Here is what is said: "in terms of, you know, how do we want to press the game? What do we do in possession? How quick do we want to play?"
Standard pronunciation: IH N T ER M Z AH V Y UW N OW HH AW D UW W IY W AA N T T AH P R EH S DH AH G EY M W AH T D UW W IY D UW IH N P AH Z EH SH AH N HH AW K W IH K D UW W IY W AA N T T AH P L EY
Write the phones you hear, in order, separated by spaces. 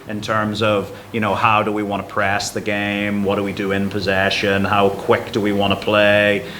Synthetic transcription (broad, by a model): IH N T ER M Z AH V Y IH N OW HH AW D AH W IY W AA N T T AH P R EH S DH AH G EY M W AH T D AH W IY D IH IH N P AH Z EH SH AH N HH AW K W IH K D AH W IY W AA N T T AH P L EY